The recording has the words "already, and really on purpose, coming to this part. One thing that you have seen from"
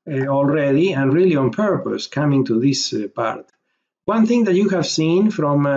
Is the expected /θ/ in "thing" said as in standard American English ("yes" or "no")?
yes